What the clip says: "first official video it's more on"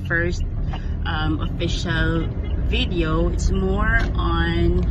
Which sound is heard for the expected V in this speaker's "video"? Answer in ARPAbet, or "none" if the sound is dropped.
V